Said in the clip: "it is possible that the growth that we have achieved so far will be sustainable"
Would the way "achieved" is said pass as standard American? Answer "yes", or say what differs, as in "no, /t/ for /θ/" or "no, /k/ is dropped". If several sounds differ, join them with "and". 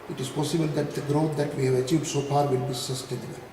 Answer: yes